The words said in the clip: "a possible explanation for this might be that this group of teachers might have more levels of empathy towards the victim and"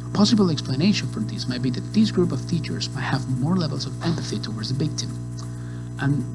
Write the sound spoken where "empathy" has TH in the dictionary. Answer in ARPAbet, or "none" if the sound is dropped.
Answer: TH